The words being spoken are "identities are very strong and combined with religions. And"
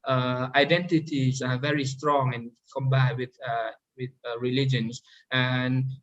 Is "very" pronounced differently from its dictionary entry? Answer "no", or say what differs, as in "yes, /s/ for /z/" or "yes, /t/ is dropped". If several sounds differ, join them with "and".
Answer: no